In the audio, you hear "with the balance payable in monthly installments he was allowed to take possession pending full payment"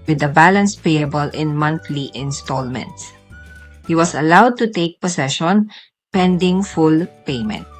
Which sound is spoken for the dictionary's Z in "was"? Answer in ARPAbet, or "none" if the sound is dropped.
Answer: S